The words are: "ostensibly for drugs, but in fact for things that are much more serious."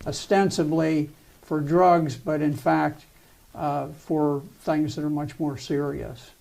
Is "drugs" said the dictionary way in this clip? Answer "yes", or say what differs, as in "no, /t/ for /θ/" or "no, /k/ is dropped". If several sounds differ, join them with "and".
yes